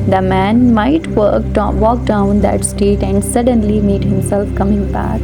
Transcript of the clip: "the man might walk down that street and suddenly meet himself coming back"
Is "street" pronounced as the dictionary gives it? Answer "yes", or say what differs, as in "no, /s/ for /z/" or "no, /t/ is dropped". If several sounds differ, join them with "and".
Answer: no, /ɹ/ is dropped